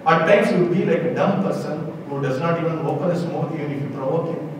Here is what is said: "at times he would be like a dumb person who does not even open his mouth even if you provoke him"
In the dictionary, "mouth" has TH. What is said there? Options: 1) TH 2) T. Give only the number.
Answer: 2